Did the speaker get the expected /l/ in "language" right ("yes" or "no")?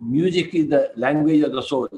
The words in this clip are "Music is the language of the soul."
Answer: yes